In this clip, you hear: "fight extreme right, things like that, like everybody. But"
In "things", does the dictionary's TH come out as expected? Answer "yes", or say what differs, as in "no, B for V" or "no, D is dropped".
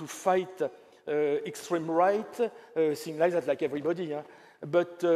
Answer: no, S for TH